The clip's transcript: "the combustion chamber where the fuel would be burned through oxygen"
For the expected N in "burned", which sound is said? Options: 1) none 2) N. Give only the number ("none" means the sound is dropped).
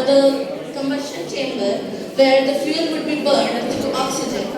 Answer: 2